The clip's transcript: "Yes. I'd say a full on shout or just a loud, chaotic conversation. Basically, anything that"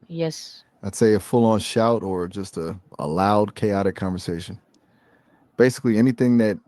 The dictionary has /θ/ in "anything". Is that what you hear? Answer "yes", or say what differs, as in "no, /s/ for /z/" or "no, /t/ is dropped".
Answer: yes